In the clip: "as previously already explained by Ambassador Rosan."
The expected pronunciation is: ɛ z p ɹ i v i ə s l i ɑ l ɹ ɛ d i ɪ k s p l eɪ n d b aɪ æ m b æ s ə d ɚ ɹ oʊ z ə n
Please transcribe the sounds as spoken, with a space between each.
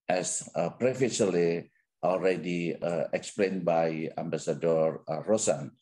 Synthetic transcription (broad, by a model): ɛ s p ɹ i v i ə l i ɑ l ɹ ɛ d i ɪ k s p l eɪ n b aɪ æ m b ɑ s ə d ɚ ɹ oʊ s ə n